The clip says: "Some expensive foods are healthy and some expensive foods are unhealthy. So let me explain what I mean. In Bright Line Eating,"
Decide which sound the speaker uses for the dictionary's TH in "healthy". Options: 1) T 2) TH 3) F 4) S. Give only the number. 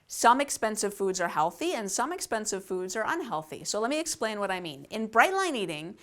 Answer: 2